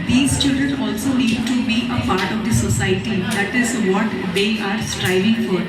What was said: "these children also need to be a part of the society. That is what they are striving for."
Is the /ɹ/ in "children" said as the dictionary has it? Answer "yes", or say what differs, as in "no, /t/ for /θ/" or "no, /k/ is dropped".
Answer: yes